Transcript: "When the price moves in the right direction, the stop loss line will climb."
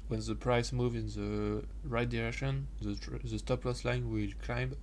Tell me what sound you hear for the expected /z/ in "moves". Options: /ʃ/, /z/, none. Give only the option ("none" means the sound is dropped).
none